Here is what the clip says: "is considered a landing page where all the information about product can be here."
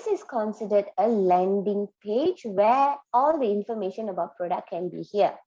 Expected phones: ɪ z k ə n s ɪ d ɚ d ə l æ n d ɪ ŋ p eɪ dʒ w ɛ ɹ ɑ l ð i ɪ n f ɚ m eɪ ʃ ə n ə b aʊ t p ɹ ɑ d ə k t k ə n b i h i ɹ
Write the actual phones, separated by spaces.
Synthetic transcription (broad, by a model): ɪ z k ə n s ɪ d ɚ d ə l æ n d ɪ ŋ p eɪ dʒ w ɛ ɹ ɑ l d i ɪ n f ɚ m eɪ ʃ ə n ə b aʊ t p ɹ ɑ d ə k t k ə n b i h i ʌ